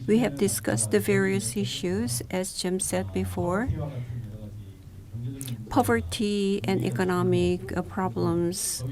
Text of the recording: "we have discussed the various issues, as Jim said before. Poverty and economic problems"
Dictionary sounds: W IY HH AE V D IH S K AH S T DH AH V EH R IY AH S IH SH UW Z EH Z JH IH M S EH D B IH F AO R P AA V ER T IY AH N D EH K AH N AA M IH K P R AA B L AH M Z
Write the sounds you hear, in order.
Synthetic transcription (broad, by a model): W IY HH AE V D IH S K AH S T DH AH V EH R IY AH S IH SH UW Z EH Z JH IH M S EH D B IH F AO R P AA V ER T IY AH N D EH K AH N AA M IH K P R AA B L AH M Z